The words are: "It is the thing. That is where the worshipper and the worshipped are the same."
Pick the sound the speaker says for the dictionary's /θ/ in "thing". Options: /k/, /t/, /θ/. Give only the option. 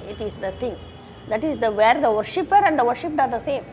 /t/